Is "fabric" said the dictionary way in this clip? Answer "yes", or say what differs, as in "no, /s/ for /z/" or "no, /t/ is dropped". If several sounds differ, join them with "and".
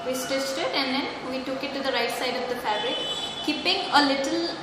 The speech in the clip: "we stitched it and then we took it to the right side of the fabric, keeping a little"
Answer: no, /ɹ/ is dropped